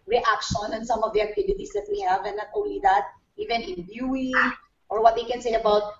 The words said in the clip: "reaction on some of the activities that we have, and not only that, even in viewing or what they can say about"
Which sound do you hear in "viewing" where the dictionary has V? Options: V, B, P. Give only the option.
B